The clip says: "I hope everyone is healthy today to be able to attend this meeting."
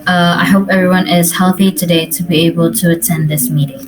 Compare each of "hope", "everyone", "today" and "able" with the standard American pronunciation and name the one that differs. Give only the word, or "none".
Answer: none